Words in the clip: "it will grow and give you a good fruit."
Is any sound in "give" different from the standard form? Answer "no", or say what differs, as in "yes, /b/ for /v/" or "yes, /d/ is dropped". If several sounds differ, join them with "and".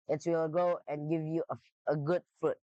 no